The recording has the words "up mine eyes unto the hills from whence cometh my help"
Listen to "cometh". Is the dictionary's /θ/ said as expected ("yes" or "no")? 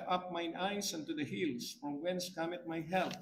no